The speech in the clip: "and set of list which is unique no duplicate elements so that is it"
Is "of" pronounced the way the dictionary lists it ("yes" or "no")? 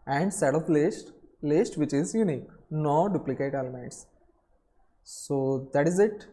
no